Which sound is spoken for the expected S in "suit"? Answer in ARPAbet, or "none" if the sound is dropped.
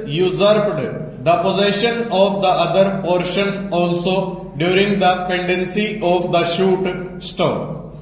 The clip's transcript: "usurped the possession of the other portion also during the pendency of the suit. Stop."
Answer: SH